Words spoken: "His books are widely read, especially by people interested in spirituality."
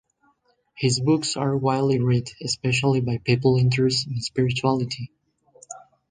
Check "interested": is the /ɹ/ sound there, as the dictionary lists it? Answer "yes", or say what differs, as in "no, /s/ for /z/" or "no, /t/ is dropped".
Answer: no, /ɹ/ is dropped